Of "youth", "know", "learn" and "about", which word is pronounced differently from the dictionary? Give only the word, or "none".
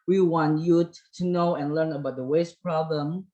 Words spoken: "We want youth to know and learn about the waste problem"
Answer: youth